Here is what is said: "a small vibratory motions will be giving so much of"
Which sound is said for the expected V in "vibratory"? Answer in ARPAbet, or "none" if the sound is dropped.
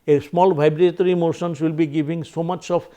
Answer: B